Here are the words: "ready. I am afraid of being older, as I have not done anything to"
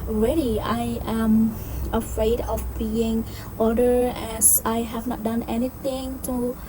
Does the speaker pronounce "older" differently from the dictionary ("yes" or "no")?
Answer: yes